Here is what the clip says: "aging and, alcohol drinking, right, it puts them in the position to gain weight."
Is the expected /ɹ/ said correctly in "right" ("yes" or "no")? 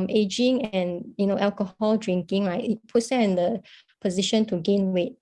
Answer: no